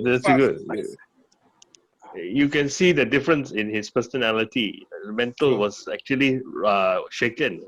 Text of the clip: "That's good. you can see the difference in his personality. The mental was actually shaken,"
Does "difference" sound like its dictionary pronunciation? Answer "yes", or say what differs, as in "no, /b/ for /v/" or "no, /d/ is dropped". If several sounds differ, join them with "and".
yes